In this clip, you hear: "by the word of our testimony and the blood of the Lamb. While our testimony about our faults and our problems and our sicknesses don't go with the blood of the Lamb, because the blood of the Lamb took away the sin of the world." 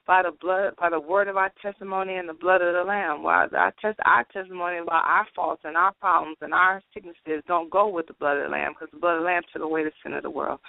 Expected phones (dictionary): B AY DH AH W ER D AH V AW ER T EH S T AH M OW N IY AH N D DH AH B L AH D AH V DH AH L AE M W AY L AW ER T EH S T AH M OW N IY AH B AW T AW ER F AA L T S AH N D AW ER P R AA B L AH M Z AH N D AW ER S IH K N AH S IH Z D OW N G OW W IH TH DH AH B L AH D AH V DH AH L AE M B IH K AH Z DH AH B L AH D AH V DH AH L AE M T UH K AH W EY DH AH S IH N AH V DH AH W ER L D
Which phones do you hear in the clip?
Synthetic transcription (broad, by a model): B AY DH AH W ER D AH V AW ER T EH S T AH M OW N IY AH N DH AH B L AH D AH V DH AH L AE M W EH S AW ER T EH S T AH M OW N IY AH B AW T AW ER F AA L T S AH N AW ER P R AA B L AH M Z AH N AW ER S IH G N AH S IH Z D OW N G OW W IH DH AH B L AH D AH V DH AH L AE M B K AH Z DH AH B L AH D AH DH AH L AE M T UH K AH W EY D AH S IH N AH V DH AH W ER L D